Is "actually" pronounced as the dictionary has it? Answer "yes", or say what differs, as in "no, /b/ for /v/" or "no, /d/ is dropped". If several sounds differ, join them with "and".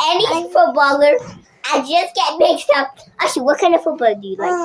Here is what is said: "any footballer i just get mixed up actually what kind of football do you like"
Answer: no, /k/ is dropped